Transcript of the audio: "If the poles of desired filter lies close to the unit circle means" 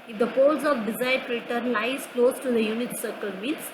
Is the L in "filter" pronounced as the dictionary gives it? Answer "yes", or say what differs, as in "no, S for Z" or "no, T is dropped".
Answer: no, L is dropped